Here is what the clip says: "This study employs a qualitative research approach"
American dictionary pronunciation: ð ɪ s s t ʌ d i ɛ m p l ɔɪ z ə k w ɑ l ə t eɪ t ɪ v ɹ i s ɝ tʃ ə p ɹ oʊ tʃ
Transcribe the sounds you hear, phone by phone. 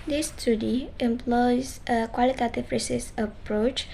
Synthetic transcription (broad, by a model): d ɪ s s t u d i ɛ m p l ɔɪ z ə k w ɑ l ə t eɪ t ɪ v ɹ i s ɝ s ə p ɹ oʊ tʃ